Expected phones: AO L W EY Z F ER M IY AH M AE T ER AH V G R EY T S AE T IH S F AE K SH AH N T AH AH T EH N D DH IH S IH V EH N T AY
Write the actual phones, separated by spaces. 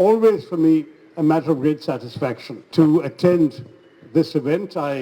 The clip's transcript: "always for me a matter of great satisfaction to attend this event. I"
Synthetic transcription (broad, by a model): AO L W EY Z F ER M IY AH M AE T ER AH V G R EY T S AE T IH S F AE K SH AH N T AH AH T EH N D DH IH S IH V EH N T AY